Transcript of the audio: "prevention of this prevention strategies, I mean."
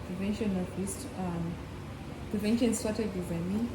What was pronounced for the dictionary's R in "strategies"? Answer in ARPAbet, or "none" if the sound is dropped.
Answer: none